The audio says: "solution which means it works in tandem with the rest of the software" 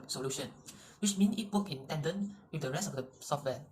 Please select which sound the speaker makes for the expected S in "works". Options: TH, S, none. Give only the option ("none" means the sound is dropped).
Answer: none